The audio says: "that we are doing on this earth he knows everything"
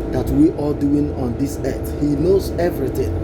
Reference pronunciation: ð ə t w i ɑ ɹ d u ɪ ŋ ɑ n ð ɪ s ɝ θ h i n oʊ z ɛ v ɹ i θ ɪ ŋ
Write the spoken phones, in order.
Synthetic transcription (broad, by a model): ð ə t w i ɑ l d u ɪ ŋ ɑ n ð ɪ s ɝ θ h i n oʊ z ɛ v ɹ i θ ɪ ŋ